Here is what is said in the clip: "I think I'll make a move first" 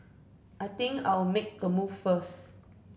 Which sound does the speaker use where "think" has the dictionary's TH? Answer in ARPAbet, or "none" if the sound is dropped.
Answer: T